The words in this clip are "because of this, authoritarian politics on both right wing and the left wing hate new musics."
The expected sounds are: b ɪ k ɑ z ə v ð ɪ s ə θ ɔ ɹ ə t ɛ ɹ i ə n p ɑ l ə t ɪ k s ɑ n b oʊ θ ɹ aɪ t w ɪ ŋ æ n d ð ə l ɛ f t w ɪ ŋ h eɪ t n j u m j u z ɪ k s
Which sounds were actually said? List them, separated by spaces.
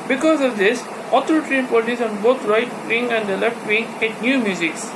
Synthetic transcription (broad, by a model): b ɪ k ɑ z ə v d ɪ s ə t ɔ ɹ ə t ɹ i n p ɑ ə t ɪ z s ɑ n b oʊ t ɹ aɪ t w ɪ ŋ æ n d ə l ɛ f t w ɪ ŋ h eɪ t n j u m j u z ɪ k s